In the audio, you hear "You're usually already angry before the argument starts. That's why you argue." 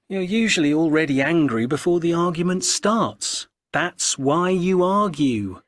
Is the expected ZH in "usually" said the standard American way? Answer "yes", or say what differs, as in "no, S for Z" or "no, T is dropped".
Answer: yes